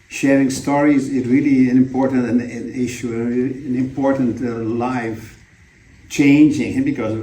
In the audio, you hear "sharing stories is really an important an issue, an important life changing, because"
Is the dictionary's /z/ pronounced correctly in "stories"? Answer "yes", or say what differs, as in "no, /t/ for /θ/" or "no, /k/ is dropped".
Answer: yes